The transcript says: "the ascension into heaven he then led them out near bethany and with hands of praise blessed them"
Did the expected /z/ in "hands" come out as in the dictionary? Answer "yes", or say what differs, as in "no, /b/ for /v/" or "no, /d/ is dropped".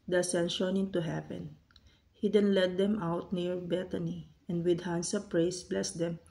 no, /s/ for /z/